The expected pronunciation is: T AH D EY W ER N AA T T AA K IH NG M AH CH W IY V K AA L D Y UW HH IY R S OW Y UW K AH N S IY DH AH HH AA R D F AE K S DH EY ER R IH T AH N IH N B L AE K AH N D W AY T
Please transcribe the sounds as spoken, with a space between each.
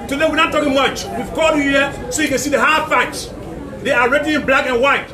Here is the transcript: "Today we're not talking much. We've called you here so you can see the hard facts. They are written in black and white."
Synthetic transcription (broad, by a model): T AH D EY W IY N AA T T AA K IH NG M AH CH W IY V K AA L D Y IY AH S OW Y UW K AH N S IY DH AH HH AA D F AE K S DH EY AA R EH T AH IH N B L AE K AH N W AY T